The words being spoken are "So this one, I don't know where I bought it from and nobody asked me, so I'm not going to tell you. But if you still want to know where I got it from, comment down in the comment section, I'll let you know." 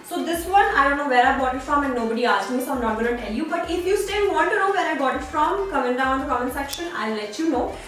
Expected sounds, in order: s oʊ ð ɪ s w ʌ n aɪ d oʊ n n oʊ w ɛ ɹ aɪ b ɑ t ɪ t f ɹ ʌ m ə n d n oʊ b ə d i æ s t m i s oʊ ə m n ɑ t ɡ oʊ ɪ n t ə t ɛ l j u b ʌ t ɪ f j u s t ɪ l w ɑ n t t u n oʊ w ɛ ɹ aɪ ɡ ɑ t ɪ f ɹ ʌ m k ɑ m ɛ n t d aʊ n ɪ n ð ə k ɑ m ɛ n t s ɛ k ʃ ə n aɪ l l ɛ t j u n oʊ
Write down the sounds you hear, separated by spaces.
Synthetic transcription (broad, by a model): s oʊ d ɪ s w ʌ n aɪ d oʊ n n oʊ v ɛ ɹ aɪ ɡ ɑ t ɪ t f ɹ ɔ m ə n d n oʊ b ə d i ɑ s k m i s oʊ ə m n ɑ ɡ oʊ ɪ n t t ɛ l j u b ʌ t ɪ f j u s t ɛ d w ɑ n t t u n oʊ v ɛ ɹ aɪ ɡ ɑ t ɪ f ɹ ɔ m k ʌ m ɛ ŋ d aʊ ɪ n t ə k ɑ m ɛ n s ɛ k ʃ ə n aɪ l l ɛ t j u n oʊ